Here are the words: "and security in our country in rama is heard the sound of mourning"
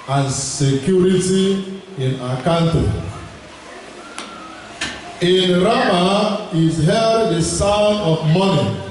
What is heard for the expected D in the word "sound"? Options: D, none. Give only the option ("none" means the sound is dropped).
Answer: none